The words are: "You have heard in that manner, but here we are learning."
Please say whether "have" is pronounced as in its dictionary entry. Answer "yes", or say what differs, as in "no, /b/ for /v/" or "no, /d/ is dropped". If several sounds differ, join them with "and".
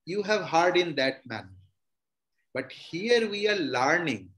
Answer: yes